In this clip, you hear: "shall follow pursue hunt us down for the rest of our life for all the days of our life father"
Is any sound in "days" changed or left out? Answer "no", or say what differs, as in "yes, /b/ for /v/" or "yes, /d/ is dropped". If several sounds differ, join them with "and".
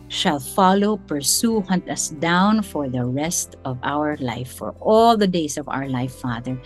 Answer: yes, /s/ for /z/